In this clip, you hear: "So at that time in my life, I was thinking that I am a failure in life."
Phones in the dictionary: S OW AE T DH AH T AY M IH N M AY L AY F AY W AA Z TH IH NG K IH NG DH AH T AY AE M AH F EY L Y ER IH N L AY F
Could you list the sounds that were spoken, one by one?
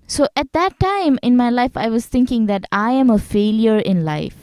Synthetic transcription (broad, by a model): S OW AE T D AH T AY M IH N M AY L AY F AY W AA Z T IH NG K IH NG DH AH T AY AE M AH F EY L Y ER IH N L AY F